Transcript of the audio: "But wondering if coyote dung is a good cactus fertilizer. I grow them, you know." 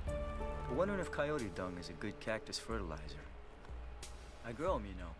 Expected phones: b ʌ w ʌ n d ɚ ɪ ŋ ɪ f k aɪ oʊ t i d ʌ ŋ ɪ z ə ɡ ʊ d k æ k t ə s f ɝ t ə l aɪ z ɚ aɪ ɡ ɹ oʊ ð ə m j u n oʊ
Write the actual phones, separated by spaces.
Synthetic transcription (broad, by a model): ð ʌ w ʌ n d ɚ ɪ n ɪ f k aɪ oʊ t i d ʌ ŋ ɪ z ə ɡ ʊ d k æ k t ə s f ɝ t ə l aɪ z ɚ aɪ ɡ ɹ oʊ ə m j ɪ n oʊ